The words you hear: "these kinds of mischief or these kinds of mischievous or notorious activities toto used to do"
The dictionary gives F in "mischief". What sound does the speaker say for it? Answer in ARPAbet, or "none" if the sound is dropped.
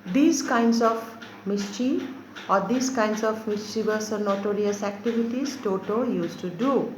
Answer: none